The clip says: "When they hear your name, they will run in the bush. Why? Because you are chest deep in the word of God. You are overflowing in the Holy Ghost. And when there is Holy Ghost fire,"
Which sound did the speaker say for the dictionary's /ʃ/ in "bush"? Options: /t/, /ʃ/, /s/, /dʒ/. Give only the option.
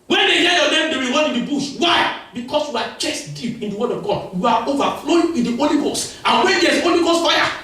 /s/